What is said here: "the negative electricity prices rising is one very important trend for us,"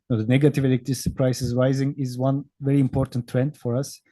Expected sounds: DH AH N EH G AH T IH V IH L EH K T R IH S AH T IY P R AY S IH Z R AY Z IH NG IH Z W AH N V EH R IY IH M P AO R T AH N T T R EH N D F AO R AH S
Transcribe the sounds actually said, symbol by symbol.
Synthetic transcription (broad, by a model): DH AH N EH G AH T IH V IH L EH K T IH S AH P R AY S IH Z R AY Z IH NG IH Z W AH N V EH R IY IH M P AO R T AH N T T R EH N D F AO R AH S